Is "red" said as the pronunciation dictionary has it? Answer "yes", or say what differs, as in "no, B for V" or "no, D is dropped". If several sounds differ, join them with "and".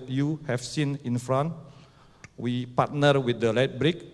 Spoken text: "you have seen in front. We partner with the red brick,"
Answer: no, L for R